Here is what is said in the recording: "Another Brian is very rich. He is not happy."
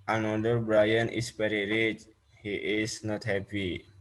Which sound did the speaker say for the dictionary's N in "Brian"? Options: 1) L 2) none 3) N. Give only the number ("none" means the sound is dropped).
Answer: 3